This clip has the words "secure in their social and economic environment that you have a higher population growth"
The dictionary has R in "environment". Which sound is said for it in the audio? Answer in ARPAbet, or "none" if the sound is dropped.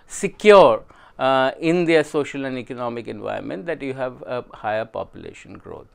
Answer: none